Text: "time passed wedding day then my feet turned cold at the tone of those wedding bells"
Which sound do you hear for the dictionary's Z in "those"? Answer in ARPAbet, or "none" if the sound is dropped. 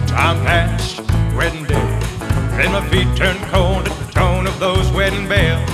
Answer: Z